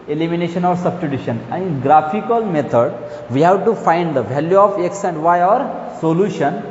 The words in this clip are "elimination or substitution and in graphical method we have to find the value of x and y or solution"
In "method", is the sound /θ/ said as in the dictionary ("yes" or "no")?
no